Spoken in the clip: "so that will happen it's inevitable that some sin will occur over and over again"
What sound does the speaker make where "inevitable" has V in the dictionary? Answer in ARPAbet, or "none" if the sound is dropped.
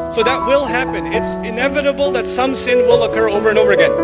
V